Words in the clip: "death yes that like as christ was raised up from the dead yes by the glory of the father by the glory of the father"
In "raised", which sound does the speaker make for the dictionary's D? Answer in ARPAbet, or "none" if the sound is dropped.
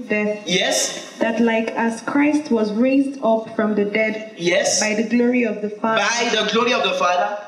D